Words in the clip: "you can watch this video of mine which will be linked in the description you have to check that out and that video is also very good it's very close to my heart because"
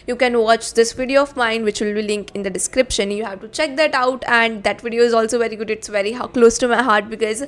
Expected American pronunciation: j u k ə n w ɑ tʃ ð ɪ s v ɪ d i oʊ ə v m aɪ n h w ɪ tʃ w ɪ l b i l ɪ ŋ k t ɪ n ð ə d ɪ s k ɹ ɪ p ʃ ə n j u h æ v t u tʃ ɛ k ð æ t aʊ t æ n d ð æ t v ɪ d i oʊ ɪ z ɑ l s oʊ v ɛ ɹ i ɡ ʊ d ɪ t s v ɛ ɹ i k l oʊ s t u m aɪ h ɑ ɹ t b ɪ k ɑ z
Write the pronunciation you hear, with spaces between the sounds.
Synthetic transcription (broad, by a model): j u k ə n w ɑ tʃ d ɪ s v ɪ d i oʊ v m aɪ n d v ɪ tʃ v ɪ l b i l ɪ ŋ k ɪ n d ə d ɪ s k ɹ ɪ p ʃ ə n j u h æ v t u tʃ ɛ k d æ t aʊ t æ n d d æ t v ɪ d i oʊ ɪ z ɑ l s oʊ v ɛ ɹ i ɡ ʊ d ɪ t s v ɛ ɹ i k l oʊ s t u m aɪ h ɑ ɹ t b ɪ k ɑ z